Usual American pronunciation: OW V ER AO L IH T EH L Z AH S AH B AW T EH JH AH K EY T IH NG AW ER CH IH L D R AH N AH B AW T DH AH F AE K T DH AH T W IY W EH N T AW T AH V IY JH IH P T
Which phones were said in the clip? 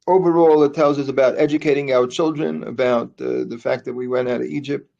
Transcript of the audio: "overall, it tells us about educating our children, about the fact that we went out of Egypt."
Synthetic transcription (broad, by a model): OW V ER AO L IH T EH L Z AH S AH B AW T EH JH AH K EY T IH NG AW ER CH IH L D R AH N AH B AW T DH AH F AE K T DH AH T W IY W EH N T AW T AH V IY JH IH P T